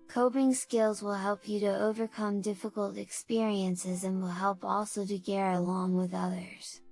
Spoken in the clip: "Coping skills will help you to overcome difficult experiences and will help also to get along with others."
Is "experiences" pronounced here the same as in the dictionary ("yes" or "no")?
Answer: yes